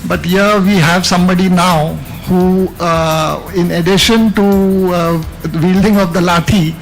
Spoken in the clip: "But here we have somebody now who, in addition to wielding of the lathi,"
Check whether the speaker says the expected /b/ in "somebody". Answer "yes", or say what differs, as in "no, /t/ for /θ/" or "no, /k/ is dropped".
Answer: yes